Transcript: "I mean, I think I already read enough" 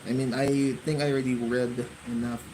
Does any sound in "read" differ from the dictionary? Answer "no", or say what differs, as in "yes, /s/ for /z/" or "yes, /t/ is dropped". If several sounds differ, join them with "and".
no